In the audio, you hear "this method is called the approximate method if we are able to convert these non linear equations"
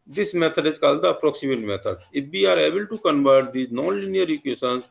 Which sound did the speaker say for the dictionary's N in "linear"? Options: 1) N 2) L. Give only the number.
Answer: 1